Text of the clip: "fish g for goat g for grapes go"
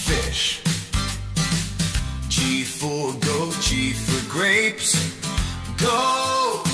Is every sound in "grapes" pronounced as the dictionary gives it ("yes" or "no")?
yes